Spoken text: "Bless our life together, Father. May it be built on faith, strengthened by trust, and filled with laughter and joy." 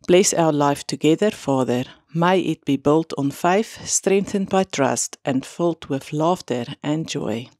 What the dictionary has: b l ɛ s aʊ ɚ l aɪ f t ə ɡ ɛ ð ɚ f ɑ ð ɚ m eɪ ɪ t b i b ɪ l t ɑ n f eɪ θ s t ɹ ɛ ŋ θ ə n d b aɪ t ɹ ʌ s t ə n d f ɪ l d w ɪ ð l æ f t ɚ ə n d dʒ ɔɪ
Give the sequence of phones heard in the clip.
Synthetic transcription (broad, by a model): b l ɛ s aʊ ɚ l aɪ f t ə ɡ ɛ ð ɚ f ɑ ð ɚ m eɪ ɪ t b i b ɪ l t n f eɪ θ s t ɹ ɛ ŋ θ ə n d b aɪ t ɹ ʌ s t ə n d f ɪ l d w ɪ ð l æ f t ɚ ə n dʒ ɔɪ